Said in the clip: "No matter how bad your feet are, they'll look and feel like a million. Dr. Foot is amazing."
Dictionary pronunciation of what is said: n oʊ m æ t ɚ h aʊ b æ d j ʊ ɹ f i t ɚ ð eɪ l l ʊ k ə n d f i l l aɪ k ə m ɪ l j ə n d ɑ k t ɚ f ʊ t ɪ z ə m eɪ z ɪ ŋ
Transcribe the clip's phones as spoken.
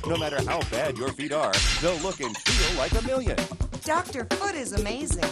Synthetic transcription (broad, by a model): n oʊ m æ t ɚ h aʊ b æ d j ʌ ɹ f i t ɚ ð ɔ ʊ l ʊ k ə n f i l l aɪ k ə m ɪ l j ə n d ɑ k t ɚ f ʊ t ɪ z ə m eɪ z ɪ ŋ